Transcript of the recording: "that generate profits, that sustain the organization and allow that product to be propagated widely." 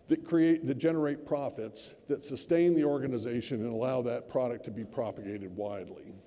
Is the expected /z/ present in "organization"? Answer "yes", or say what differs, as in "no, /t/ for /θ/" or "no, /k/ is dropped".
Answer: yes